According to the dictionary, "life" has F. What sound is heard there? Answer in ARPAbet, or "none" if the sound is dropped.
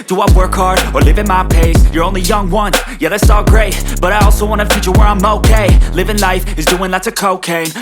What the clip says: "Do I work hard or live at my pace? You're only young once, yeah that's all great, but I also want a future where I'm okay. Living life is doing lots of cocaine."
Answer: F